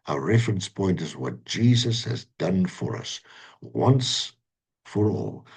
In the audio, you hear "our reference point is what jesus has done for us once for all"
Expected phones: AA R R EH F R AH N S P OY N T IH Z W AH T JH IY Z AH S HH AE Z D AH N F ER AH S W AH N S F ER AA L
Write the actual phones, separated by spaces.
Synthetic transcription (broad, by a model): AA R R EH F R AH N S P OY N T IH Z W AH T JH IY Z AH S HH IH Z D AH N F ER AH S W AH N S F ER AA L